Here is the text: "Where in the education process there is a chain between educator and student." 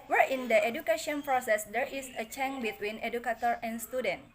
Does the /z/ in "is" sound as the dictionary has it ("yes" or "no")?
no